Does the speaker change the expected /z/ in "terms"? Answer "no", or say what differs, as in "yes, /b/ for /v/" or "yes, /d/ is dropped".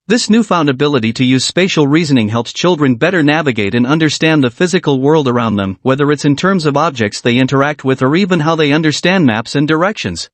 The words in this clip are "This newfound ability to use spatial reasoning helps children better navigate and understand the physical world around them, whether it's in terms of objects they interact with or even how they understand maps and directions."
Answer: no